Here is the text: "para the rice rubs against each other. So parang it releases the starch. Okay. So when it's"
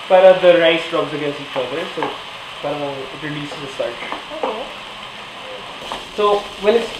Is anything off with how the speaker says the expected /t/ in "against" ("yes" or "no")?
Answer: yes